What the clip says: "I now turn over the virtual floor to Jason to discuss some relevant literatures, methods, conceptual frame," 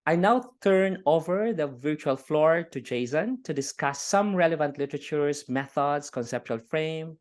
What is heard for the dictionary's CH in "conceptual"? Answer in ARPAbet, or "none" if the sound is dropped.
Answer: CH